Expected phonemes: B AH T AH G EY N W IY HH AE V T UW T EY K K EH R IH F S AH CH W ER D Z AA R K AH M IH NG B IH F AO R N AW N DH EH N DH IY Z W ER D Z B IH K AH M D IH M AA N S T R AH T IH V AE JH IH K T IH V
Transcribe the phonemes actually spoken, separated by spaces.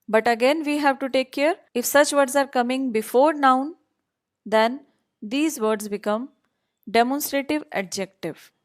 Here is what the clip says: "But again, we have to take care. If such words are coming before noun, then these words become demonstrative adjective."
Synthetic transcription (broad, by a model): B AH T AH G EY N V IY HH AE V T UW T EY K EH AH R IH F S AH CH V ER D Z AA R K AH M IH NG B IH F AO R N AW N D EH N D IY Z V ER D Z B IH K AH M D IH M AA N S T R AH T IH V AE JH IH K T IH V